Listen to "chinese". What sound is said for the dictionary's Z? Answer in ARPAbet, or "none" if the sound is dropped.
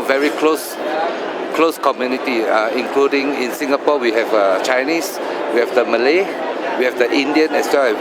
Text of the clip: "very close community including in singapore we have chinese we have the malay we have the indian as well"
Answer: S